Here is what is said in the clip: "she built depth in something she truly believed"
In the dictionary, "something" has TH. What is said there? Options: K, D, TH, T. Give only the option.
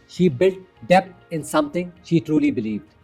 T